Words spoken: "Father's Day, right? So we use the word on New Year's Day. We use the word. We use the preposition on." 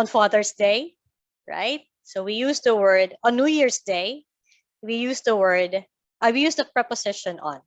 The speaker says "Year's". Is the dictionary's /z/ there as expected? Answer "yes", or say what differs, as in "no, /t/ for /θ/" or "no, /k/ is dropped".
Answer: no, /s/ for /z/